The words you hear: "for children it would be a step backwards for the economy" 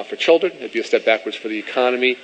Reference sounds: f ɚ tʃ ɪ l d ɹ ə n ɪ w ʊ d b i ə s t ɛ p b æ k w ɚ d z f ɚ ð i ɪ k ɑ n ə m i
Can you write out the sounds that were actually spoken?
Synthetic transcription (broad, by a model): f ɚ tʃ ɪ l d ɹ ə n ɪ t b i ə s t ɛ p b æ k w ɚ d z f ɚ ð i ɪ k ɑ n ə m i